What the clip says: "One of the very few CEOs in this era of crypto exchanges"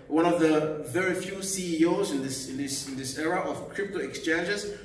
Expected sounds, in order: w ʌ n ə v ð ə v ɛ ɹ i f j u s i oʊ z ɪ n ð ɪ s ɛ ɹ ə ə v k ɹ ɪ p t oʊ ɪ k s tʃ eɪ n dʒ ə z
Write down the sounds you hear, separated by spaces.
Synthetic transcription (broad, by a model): w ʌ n ə v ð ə v ɛ ɹ i f j u s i oʊ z ɪ n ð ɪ s ɛ ɹ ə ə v k ɹ ɪ p t oʊ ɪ k s tʃ eɪ n dʒ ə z